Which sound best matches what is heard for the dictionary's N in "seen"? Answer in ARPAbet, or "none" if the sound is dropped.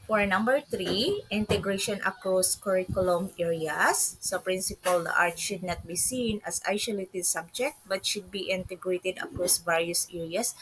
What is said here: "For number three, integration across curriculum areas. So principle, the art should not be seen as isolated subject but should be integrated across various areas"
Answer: N